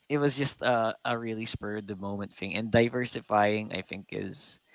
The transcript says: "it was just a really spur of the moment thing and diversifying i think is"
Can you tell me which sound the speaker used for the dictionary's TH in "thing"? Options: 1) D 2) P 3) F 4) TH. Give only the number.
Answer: 3